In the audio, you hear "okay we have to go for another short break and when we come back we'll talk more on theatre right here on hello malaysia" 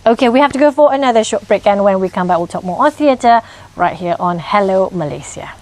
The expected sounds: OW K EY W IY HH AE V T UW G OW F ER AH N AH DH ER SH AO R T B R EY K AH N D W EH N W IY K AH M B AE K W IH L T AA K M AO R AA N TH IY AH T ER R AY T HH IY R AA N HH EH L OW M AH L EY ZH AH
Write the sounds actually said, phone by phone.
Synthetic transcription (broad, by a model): OW K EY W IY HH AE F T UW G OW F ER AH N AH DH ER SH AO T B R EY K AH N W EH N W IY K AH M B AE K W IH L T AA K M AO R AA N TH IY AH T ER R AY T HH IY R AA N HH EH L OW M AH L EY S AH